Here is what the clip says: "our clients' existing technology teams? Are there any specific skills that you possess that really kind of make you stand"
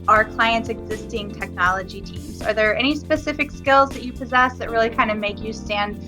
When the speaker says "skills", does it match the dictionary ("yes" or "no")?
yes